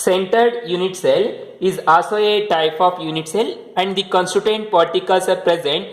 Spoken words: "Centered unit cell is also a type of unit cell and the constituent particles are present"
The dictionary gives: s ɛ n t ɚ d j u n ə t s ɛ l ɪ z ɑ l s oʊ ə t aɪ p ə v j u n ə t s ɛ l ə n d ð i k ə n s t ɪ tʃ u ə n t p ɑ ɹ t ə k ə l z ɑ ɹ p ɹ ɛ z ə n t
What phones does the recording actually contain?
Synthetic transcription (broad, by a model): s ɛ n t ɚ d j u n ə t s ɛ l ɪ z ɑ s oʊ ə t aɪ p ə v j u n ə t s ɛ l ə n d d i k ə n s t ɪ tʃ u n t p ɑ ɹ t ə k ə l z ɑ ɹ p ɹ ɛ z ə n t